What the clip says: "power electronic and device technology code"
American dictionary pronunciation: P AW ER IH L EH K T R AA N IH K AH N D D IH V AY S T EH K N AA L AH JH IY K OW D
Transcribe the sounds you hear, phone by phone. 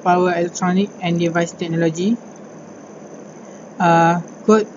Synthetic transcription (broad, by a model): P AW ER IH L EH K T R AA N IH K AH N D D IH V AY S T EH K N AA L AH JH IY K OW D